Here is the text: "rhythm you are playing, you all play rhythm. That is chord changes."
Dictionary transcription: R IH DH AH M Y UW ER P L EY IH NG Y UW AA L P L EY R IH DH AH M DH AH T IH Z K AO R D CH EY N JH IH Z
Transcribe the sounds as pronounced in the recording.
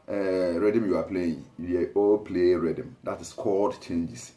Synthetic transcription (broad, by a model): R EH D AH M Y UW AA P L EY IH NG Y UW AA L P L EY R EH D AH M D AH T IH S K AO L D CH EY N JH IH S